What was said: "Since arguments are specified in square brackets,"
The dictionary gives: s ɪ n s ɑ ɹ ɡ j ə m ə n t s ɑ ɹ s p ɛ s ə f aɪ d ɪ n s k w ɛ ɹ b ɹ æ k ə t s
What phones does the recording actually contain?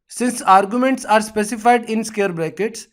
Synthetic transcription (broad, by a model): s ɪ n s ɑ ɹ ɡ j ə m ə n t s ɑ ɹ s p ɛ s ə f aɪ d ɪ n s k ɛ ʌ ɹ b ɹ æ k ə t s